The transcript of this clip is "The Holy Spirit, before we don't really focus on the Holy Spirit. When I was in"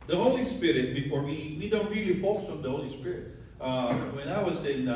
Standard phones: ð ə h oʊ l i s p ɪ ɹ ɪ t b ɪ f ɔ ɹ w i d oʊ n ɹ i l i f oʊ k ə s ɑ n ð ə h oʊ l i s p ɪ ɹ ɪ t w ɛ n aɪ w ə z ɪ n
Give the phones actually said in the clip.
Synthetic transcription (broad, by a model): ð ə h oʊ l i s p ɪ ɹ ɪ t b ɪ f ɔ ɹ w i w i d ɹ i l i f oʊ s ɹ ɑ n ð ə h oʊ l i s p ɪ ɹ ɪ t w ɛ n aɪ w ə s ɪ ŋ